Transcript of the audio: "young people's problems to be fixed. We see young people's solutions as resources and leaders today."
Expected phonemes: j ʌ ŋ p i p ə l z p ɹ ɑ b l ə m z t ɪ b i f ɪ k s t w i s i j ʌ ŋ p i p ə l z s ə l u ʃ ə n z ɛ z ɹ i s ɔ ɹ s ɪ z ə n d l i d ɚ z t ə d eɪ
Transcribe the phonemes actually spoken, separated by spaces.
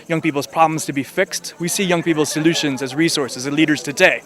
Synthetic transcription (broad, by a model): j ʌ ŋ p i p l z p ɹ ɑ b l ə m z t ɪ b i f ɪ k s t w i s i j ʌ ŋ p i p ə l z s ə l u ʃ ə n z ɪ z ɹ i s ɔ ɹ s ɪ z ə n l i d ɚ z t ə d eɪ